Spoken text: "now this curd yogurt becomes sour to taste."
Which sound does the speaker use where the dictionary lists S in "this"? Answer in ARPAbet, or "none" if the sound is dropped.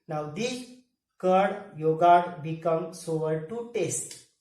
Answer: none